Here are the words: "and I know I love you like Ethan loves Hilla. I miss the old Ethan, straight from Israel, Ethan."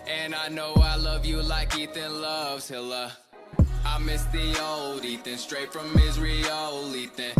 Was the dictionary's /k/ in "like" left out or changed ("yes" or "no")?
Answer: no